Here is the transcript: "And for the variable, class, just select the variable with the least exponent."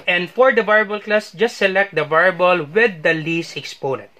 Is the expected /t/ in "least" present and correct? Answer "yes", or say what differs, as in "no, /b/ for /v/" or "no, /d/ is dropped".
no, /t/ is dropped